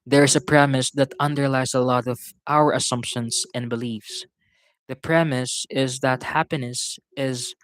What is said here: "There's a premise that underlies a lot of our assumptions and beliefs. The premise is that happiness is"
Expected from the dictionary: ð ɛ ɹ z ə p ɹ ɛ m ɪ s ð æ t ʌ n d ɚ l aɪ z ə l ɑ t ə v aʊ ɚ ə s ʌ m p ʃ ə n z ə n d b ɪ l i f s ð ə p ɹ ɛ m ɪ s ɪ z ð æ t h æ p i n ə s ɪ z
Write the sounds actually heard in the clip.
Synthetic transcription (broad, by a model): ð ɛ ɹ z ə p ɹ ɛ m ɪ s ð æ t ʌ n d ɚ l aɪ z ə l ɑ t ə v aʊ ɚ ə s ʌ m p ʃ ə n s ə n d b ɪ l i f s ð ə p ɹ ɛ m ɪ s ɪ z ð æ t h æ p i n ə s ɪ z